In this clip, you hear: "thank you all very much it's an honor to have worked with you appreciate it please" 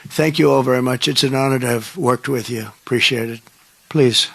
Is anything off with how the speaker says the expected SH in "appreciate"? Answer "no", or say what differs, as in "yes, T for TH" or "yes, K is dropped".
no